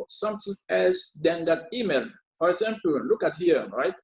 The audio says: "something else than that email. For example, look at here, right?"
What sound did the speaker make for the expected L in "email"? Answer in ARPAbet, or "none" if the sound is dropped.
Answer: L